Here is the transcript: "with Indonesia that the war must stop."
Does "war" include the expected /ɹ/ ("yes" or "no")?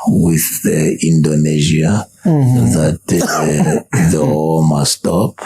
no